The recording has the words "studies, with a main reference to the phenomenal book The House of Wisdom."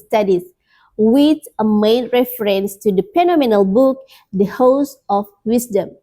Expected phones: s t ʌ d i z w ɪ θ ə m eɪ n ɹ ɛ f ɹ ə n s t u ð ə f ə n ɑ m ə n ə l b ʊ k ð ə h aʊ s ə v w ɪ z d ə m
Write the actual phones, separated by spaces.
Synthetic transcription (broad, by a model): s t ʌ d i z w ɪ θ ə m eɪ n ɹ ɛ f ɹ ə n s t u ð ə p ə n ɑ m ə n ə l b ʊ k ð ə h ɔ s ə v w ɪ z d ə m